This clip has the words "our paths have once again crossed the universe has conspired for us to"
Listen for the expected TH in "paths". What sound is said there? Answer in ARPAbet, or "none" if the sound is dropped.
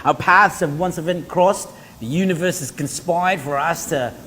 TH